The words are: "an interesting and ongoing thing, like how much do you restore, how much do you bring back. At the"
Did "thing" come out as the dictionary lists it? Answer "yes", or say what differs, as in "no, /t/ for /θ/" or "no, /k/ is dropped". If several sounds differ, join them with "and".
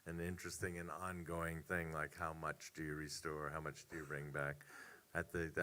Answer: yes